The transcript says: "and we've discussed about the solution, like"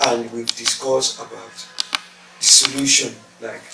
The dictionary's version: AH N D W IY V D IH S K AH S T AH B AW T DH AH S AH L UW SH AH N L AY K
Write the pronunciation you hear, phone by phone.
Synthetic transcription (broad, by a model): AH N D W IY V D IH S K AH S AH B AW T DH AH S AH L UW SH AH N L AY K